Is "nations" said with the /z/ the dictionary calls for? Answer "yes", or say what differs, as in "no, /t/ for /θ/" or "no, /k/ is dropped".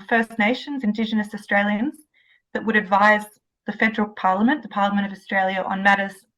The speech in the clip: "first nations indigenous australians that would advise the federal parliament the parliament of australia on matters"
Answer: yes